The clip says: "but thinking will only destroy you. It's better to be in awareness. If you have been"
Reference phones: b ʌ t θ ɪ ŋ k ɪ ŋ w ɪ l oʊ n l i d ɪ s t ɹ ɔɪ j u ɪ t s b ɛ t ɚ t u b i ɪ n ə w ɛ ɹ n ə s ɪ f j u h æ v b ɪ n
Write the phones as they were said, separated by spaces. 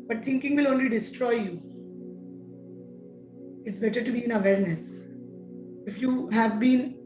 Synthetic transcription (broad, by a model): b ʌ t t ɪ ŋ k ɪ ŋ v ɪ l oʊ n l i d ɪ s t ɹ ɔɪ j u ɪ t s b ɛ t ɚ t u b i ɪ n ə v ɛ ɹ n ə s ɪ f j u h æ v b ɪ n